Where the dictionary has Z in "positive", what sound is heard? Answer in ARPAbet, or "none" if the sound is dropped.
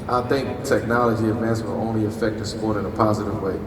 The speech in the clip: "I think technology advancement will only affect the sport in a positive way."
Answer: Z